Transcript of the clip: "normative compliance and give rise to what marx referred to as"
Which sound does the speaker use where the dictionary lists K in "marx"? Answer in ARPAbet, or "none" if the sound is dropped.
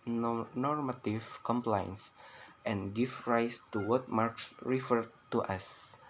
K